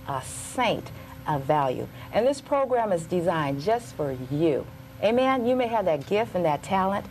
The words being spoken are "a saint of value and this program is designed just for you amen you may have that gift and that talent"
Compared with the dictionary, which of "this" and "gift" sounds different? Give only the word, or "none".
none